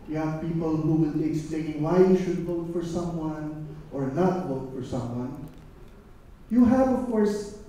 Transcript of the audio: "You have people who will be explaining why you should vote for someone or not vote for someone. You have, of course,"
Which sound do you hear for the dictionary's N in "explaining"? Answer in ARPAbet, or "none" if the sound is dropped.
none